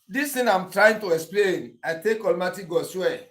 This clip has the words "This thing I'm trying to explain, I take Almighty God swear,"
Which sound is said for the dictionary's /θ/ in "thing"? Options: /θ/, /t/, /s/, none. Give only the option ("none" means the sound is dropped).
/t/